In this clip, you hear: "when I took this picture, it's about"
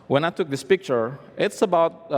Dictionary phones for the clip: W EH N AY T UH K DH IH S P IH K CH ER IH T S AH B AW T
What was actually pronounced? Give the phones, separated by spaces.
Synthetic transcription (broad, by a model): W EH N AY T UH K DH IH S P IH K CH ER IH T S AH B AW T